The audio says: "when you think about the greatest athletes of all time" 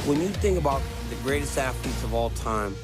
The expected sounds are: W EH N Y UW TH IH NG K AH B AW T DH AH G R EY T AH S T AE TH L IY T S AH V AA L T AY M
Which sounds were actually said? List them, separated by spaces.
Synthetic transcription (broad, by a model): W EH N Y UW TH IH NG K AH B AW T DH AH G R EY T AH S T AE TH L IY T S AH V AA L T AY M